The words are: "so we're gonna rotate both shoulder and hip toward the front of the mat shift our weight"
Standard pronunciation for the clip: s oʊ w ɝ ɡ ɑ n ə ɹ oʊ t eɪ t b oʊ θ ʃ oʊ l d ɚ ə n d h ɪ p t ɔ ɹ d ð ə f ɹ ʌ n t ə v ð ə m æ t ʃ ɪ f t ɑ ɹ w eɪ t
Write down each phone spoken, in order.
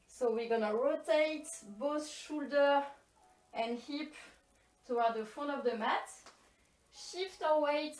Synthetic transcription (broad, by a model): s oʊ w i ɡ ɑ n ə ɹ oʊ t eɪ t b oʊ θ ʃ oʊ l d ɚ ə n d h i p t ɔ w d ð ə f ʌ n ə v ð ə m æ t ʃ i f t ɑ w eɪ t